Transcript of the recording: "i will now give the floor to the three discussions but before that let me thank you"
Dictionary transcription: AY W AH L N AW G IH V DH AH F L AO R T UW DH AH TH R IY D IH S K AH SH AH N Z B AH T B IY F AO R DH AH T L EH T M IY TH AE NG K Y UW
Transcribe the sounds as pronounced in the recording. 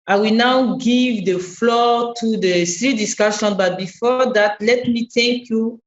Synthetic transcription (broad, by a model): AY W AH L N AW G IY V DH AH F L AO T UW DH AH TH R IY D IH S K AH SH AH N B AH T B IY F AO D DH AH T L EH T M IY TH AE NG K Y UW